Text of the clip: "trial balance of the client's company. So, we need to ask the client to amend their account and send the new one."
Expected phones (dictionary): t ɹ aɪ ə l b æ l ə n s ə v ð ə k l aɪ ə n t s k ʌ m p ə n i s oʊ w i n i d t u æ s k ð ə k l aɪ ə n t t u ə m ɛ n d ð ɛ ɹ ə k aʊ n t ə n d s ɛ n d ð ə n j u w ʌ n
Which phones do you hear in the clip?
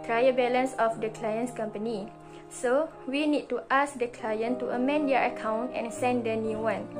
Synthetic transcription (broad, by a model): t ɹ aɪ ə b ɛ l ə n s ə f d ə k l aɪ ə n s k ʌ m p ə n i s oʊ w i n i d t u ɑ s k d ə k l aɪ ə n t t u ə m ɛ n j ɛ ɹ ə k aʊ n t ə n s ɛ n d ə n j u w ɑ n